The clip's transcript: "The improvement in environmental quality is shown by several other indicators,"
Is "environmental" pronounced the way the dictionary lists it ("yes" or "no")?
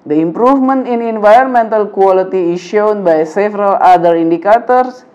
yes